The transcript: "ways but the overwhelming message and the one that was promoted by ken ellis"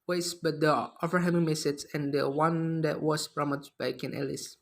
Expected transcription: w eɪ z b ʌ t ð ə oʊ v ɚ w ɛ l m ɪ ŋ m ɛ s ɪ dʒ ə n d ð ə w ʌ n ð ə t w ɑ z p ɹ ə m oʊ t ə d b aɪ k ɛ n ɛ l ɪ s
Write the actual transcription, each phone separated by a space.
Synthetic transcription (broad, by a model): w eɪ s b ʌ t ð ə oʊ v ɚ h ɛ m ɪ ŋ m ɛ s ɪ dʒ ə n d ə w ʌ n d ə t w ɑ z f ɹ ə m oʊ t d b aɪ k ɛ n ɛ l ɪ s